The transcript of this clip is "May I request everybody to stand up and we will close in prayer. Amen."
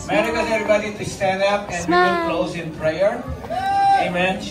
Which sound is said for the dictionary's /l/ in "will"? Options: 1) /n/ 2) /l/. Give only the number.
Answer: 1